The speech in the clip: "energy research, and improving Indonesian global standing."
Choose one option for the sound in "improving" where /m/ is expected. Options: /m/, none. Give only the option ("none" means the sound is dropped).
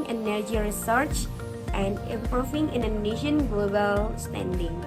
none